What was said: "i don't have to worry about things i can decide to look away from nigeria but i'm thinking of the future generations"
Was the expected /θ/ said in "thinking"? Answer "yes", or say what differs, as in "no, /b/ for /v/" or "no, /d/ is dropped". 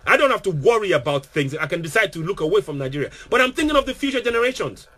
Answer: yes